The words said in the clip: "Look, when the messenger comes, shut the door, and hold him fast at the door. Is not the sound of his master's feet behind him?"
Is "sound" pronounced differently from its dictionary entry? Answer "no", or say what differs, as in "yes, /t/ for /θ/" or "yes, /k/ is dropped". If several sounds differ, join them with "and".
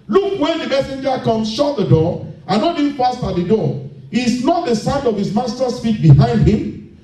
no